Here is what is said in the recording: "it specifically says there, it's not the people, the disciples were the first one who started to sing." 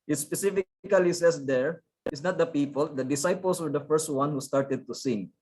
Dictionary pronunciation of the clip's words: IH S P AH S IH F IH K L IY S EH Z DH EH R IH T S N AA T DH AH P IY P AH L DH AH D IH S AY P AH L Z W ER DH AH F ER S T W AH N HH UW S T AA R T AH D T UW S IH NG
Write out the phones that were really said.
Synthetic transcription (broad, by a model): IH S P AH S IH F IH K L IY S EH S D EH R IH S N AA T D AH P IY P AH L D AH D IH S AY P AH L S W ER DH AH F ER S T W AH N HH UW S T AA R T AH D T UW S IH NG